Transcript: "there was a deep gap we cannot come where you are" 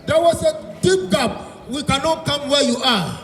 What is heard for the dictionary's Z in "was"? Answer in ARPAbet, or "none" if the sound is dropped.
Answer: S